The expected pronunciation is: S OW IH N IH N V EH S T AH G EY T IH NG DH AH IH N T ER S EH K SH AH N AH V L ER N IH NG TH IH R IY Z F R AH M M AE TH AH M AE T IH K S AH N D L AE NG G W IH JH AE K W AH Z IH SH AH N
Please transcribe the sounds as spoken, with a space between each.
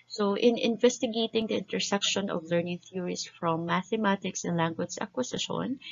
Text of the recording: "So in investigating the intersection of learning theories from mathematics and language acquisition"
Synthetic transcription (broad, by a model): S OW IH N IH N V EH S T AH G EY T IH NG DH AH IH N T ER S EH K SH AH N AH V L ER N IH NG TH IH R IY S F R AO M M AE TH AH M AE T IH K S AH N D L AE NG G W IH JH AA K W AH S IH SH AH N